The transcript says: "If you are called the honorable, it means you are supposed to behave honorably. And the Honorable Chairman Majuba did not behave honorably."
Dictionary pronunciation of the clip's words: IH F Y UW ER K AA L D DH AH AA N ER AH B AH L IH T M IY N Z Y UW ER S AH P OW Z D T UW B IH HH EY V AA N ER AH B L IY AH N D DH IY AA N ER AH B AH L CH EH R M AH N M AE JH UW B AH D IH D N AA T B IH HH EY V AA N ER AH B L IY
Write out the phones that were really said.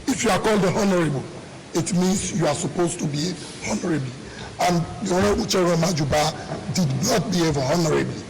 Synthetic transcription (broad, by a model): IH F Y UW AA K AA L D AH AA N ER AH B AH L IH T M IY N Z Y UW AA S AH P OW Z T UW B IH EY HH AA N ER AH B L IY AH N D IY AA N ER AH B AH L CH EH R AH M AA JH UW B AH D IH D N AA T B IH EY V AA N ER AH B L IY